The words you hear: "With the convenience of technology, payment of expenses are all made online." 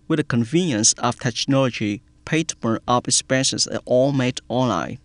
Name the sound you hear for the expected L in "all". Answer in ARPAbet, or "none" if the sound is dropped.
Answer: L